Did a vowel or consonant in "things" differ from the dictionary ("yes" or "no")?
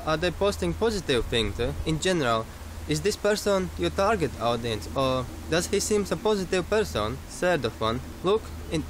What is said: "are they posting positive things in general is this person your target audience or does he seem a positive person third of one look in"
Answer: yes